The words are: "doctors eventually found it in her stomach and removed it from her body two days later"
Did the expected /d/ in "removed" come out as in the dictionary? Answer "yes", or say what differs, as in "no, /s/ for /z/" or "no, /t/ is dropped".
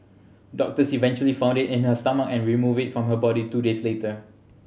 no, /d/ is dropped